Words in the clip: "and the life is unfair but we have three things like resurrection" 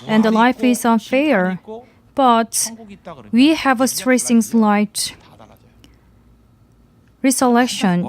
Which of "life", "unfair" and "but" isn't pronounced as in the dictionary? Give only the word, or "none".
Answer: none